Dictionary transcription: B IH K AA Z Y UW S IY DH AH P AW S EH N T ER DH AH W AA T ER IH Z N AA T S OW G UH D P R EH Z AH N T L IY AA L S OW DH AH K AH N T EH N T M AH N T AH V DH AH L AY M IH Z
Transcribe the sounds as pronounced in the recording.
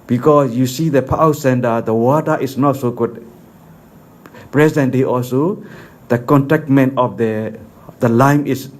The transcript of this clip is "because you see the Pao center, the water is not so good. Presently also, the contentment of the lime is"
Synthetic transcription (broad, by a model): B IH K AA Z Y UW S IY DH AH P AW S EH N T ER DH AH W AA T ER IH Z N AA T S OW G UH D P R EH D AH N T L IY AA L S OW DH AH K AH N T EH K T M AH N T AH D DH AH L AY M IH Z